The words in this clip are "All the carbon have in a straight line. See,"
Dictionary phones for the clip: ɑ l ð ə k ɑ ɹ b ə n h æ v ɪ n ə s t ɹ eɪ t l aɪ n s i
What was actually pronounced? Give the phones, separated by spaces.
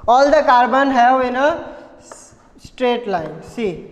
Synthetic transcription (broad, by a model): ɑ l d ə k ɑ ɹ b ə n h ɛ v ɪ n ə s t ɹ eɪ t l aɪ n s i